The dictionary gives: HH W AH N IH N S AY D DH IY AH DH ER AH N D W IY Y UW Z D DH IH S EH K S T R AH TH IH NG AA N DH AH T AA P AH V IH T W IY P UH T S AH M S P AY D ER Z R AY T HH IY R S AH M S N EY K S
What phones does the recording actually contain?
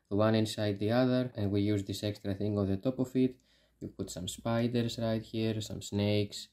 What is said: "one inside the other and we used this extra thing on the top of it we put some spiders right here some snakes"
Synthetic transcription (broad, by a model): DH W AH N IH N S AY D DH IY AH DH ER AH N D W IY Y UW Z DH IH S EH K S T R AH TH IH NG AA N DH AH T AA P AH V IH T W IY P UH T S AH M S P AY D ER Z R AY T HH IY R S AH M S N EY K S